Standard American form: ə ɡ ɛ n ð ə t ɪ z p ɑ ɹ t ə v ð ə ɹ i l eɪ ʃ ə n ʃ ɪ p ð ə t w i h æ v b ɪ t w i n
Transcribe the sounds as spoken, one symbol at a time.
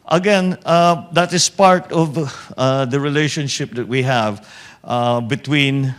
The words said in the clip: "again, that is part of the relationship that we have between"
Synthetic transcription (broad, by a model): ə ɡ ɛ n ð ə t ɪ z p ɑ ɹ t ə v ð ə ɹ i l eɪ ʃ ə n ʃ ɪ p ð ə t w i h æ v b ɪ t w i n